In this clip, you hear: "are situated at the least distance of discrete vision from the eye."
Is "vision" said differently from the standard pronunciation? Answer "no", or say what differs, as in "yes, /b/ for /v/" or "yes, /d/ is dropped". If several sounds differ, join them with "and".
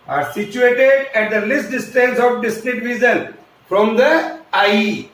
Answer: yes, /z/ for /ʒ/